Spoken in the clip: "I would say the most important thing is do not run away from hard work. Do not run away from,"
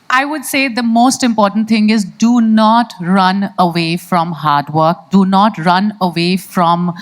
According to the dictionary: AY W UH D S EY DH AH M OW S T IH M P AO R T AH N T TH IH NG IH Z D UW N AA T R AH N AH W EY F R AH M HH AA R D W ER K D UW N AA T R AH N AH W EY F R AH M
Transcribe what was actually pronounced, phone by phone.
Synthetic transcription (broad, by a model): AY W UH D S EY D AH M OW S T IH M P AO R T AH N T T IH NG IH Z D UW N AA T R AH N AH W EY F R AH M HH AA R D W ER K D UW N AA T R AH N AH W EY F R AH M